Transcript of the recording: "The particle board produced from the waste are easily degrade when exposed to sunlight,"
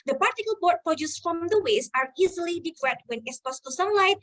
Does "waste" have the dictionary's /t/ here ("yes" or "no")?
no